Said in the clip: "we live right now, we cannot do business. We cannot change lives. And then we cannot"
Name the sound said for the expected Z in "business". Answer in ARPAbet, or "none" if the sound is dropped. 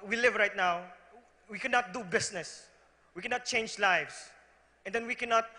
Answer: S